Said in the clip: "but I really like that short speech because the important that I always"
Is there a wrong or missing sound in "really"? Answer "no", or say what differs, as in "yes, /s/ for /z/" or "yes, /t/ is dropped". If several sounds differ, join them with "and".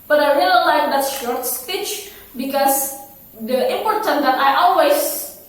yes, /l/ is dropped